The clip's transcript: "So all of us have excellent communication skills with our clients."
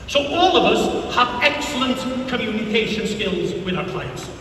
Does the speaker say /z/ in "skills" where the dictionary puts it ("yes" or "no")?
yes